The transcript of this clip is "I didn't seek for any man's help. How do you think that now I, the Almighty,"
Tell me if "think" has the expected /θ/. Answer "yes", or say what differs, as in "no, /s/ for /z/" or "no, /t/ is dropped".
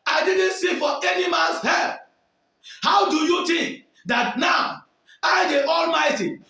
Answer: no, /t/ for /θ/